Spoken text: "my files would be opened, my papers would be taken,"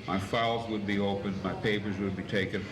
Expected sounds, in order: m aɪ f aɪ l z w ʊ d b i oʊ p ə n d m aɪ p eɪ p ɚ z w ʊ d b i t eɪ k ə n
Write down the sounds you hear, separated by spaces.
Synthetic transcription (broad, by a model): m aɪ f aɪ l z w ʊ d b i oʊ p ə n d m aɪ p eɪ p ɚ z w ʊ d b i t eɪ k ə n